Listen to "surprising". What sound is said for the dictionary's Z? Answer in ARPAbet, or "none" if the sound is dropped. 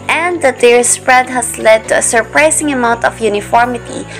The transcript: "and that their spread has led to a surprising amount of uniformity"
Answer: S